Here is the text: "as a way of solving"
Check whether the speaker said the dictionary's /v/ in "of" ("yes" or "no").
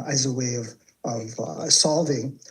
yes